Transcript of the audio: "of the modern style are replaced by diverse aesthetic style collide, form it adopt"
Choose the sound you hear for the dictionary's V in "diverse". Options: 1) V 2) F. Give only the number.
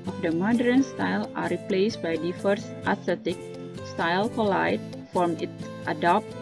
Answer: 2